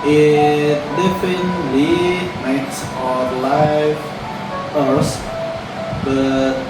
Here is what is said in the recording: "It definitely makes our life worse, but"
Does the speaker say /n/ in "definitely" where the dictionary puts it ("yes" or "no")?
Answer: no